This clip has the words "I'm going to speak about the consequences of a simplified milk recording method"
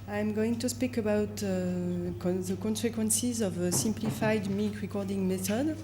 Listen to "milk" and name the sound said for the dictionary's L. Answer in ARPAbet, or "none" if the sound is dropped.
none